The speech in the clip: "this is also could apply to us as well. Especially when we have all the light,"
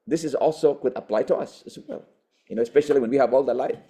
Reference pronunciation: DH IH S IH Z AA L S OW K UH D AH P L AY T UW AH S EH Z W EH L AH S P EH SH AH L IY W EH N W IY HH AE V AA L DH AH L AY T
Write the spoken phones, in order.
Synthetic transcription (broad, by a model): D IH S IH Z AA L S OW K UH D AH P L AY T UW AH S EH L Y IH N AH S P EH SH AH L IY W EH N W IY HH AE V AA L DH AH L AY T